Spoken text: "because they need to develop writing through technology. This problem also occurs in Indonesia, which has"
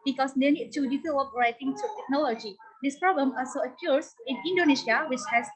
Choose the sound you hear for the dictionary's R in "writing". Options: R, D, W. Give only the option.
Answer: R